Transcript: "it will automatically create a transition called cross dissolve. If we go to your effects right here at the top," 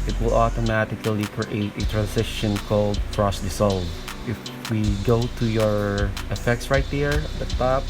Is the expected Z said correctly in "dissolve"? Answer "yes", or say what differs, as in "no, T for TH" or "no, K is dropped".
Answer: no, S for Z